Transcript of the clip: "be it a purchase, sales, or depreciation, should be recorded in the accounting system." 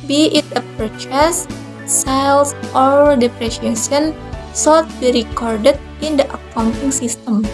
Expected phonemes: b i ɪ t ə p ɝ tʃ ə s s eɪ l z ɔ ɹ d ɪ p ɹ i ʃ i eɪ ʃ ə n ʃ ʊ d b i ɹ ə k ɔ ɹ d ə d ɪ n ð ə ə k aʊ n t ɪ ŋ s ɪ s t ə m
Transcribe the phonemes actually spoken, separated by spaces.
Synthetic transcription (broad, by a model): b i ɪ t ə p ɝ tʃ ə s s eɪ l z ɔ ɹ d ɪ p ɹ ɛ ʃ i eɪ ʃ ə n s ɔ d b i ɹ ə k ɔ ɹ d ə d ɪ n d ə ə k aʊ n t ɪ ŋ s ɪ s t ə m